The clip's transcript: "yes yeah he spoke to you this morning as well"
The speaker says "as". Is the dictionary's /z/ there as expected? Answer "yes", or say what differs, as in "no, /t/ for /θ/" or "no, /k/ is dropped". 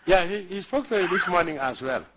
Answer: no, /s/ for /z/